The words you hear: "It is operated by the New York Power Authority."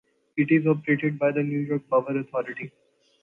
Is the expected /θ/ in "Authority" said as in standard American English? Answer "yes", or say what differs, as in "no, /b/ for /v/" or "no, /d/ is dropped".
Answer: no, /t/ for /θ/